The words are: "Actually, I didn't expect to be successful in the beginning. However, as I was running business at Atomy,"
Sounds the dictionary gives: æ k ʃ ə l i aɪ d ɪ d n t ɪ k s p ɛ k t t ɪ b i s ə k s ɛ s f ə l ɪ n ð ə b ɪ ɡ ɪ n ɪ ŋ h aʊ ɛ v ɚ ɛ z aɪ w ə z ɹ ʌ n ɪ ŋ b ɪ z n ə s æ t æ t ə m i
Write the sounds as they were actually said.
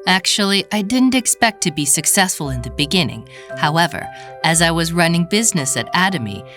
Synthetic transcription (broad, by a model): æ k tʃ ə l i aɪ d ɪ d n t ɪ k s p ɛ k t t ɪ b i s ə k s ɛ s f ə l ɪ n ð ə b ɪ ɡ ɪ n ɪ ŋ h aʊ ɛ v ɚ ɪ z aɪ w ə z ɹ ʌ n ɪ ŋ b ɪ z n ə s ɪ t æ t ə m i